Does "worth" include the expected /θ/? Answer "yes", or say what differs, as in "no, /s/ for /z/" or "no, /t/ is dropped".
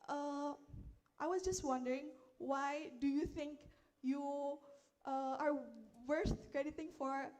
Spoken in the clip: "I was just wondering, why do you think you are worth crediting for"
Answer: no, /s/ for /θ/